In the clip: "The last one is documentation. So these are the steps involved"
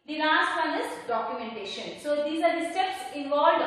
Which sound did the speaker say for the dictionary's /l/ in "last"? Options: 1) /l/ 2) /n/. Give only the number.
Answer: 2